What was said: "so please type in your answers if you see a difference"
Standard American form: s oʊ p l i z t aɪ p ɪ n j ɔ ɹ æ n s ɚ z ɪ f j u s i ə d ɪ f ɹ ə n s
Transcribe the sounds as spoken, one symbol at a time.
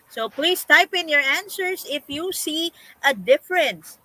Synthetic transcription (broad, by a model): s oʊ p l i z t aɪ p ɪ n j ɔ ɹ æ n s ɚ s ɪ f j u s i ə d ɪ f ɹ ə n s